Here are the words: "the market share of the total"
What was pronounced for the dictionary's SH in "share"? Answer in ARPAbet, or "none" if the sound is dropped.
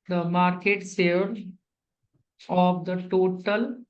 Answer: S